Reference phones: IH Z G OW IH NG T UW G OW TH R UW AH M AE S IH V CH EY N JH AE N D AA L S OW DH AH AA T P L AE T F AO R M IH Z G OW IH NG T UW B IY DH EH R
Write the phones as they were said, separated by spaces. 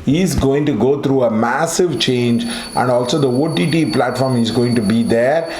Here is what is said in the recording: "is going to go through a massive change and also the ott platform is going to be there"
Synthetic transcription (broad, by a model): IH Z G OW IH NG T UW G OW T R UW AH M AE S IH V CH EY N JH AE N D AA L S OW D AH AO T P L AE T F AO R M IH Z G OW IH NG T UW B IY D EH R